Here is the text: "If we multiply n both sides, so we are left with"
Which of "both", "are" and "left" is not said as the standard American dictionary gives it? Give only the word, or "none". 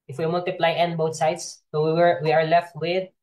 both